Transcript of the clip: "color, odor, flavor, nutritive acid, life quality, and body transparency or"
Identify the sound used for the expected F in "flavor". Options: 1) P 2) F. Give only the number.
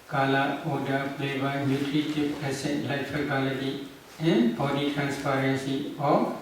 1